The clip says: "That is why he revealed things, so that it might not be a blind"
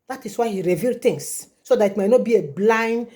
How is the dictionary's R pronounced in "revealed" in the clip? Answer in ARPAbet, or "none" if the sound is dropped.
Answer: R